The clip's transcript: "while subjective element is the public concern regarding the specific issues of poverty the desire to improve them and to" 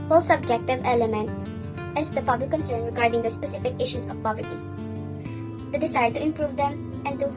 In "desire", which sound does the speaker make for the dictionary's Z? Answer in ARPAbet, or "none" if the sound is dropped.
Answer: S